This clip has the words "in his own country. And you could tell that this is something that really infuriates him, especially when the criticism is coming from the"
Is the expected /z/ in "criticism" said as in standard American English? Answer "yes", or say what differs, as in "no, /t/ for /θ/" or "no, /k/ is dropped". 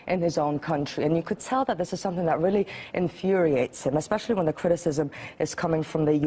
yes